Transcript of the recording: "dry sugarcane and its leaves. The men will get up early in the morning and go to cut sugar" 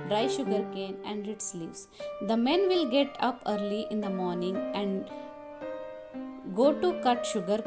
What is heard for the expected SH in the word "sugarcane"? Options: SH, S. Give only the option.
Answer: SH